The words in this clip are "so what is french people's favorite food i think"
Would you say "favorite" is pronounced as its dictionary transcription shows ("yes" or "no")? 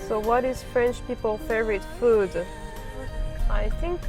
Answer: no